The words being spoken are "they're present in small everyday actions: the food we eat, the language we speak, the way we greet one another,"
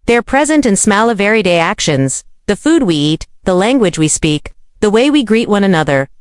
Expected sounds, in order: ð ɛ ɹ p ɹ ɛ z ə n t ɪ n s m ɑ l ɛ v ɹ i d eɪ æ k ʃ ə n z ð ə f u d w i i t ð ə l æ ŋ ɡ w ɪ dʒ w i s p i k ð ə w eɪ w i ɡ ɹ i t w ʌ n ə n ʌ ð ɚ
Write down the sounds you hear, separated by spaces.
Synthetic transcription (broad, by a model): ð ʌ ɹ p ɹ ɛ z ə n t ɪ n s m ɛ l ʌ v ɹ i d eɪ æ k ʃ ə n z ð ə f u d w i i t ð ə l æ ŋ ɡ w ɪ dʒ w i s p i k ð ə w eɪ w i ɡ ɹ i t w ʌ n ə n ʌ ð ɚ